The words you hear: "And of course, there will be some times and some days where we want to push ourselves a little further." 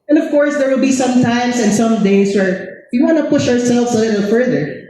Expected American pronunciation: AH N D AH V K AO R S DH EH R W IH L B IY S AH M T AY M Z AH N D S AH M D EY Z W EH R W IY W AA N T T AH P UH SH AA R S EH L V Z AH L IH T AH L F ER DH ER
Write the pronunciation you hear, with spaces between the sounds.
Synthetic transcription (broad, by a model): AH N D AH V K AO R S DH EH R W IH L B IY S AH M T AY M S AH N S AH M D EY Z W EH R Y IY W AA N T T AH P UH SH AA R S EH L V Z AH L IH T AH L F ER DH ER